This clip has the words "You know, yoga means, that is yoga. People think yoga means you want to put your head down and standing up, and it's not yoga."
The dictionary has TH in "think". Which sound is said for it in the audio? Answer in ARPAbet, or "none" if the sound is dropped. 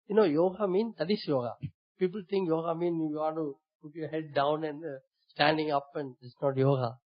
T